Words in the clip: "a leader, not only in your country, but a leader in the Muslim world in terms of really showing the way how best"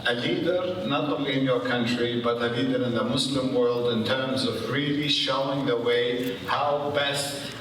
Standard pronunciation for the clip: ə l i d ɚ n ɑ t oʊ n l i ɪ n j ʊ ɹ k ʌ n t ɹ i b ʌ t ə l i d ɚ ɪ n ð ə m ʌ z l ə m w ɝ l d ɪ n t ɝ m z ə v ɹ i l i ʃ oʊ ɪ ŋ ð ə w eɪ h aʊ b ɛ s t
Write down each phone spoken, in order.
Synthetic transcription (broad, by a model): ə l i d ɚ n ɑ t oʊ n l i ɪ n j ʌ ɹ k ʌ n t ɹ i b ʌ t ə l i d ɚ ɪ n ð ə m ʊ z l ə m w ɝ l d ɪ n t ɝ m z ə v ɹ i l i ʃ oʊ ɪ ŋ ð ə w eɪ h aʊ b ɛ s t